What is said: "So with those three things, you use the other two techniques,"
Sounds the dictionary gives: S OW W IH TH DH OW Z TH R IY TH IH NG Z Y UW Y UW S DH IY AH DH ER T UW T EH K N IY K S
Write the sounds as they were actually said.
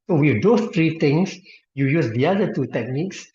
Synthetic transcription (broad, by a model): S OW W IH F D OW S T R IY T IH NG S Y UW Y UW S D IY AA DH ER T UW T EH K N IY K S